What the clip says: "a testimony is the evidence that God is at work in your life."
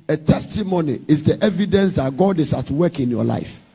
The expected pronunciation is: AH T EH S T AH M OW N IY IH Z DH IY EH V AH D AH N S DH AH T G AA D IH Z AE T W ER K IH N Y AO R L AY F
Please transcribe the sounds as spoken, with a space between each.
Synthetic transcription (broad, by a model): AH T EH S T AH M OW N IY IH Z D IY EH V AH D AH N S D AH T G AA D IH S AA T W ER K IH N Y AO L AY F